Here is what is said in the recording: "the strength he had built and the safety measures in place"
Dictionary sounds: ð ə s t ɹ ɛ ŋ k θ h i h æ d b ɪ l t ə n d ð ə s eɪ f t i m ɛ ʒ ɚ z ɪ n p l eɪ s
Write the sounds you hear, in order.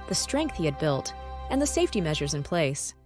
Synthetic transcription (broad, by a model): ð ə s t ɹ ɛ ŋ k θ h i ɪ d b ɪ l t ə n ð ə s eɪ f t i m ɛ ʒ ɚ z ɪ n p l eɪ s